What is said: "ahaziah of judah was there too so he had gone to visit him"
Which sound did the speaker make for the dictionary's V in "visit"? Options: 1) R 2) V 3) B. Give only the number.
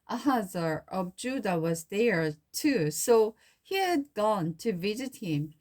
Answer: 2